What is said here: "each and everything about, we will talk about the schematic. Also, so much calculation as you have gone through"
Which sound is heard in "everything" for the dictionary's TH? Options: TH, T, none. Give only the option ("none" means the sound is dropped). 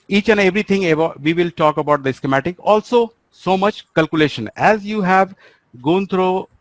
T